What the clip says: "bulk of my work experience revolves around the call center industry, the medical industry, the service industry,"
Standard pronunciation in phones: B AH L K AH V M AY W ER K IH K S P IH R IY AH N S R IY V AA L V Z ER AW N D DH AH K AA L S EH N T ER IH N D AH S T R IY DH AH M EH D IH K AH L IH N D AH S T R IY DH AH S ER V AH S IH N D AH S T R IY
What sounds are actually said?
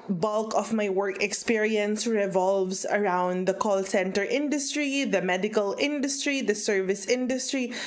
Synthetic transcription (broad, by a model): B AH L K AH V M AY W ER K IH K S P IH R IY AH N S R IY V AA L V S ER AW N D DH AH K AA L S EH N T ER IH N D AH S T R IY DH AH M EH D IH K AH L IH N D AH S T R IY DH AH S ER V AH S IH N D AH S T R IY